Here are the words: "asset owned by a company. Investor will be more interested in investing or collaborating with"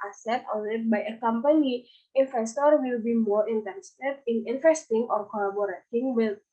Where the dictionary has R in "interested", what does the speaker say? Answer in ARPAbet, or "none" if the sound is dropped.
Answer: none